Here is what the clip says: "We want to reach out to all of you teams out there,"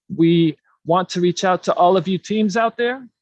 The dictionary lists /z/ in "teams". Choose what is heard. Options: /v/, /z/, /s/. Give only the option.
/z/